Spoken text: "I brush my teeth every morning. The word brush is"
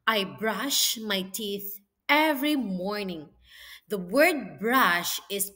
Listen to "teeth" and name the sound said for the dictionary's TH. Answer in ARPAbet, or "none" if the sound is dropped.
TH